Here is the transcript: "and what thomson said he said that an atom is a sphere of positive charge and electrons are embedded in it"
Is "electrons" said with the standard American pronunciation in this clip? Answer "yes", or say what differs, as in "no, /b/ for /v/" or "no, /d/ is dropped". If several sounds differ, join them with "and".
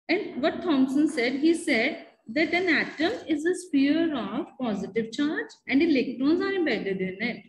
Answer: yes